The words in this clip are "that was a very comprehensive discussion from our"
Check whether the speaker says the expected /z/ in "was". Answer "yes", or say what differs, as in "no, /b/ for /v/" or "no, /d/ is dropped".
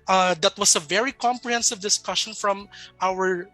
no, /s/ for /z/